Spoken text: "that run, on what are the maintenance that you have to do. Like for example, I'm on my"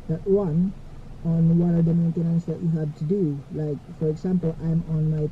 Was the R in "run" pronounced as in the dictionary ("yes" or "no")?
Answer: no